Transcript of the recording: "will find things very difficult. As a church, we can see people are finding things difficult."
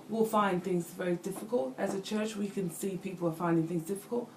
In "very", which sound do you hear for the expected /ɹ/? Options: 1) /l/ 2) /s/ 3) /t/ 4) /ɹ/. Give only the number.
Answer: 4